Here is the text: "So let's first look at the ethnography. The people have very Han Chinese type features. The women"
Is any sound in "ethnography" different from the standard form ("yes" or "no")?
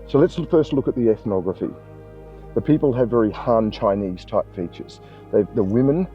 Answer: no